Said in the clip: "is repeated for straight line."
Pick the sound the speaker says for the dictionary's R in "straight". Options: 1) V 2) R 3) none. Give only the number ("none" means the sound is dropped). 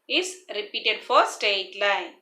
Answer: 3